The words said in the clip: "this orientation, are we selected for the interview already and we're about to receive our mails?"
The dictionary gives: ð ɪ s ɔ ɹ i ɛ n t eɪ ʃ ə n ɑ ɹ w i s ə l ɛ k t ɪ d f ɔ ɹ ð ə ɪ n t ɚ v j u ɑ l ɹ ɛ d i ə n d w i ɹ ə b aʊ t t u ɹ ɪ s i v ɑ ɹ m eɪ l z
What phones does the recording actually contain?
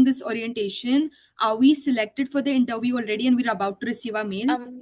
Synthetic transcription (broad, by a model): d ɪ s ɔ ɹ i ɛ n t eɪ ʃ ə n ɑ ɹ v i s ə l ɛ k t ɪ d f ɔ ɹ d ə ɪ n t ɚ v j u ɑ l ɹ ɛ d i ə n d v i ɹ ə b aʊ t t u ɹ ɪ s i v ɑ ɹ m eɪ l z